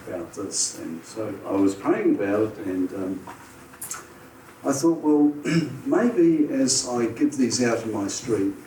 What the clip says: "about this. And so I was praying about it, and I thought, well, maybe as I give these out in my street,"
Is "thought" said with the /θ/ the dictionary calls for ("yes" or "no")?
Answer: yes